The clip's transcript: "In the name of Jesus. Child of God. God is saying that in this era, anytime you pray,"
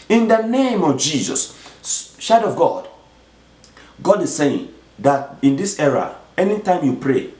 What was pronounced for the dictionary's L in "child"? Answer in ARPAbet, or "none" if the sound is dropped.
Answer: none